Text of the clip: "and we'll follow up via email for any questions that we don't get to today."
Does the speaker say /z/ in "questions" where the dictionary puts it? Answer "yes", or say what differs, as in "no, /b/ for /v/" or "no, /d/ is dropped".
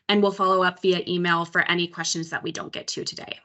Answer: yes